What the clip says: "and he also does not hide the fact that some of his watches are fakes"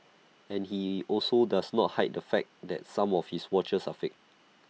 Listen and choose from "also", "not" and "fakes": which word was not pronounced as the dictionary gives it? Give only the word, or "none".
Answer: fakes